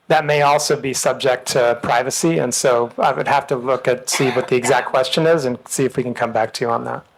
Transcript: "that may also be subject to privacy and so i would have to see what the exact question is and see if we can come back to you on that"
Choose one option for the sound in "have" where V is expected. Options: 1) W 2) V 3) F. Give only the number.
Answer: 3